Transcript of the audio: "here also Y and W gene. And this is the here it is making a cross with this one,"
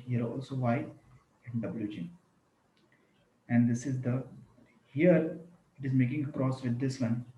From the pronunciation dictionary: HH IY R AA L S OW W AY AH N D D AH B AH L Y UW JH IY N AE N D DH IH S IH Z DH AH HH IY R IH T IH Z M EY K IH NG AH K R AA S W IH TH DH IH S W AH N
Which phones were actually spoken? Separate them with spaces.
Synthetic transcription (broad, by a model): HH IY R AA L S OW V AY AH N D D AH B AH L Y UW JH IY AE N D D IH S IH Z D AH HH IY R IH T IH Z M EY K IH NG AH K R AA S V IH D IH S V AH N